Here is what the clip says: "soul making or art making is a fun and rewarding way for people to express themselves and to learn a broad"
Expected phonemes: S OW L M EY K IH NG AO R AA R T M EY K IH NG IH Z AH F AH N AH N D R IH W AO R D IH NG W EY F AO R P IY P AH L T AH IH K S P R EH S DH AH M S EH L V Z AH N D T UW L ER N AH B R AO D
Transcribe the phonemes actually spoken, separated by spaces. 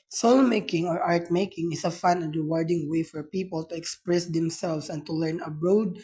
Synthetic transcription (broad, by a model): S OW L M EY K IH NG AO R AA R T M EY K IH NG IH S AH F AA N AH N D R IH W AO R D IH NG W EY F AO R P IY P AH L T AH IH K S P R EH S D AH M S EH L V S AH N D T UW L ER N AH B R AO D